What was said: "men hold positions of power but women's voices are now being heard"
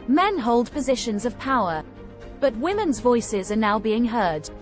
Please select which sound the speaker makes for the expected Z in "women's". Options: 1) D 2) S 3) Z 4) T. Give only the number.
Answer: 3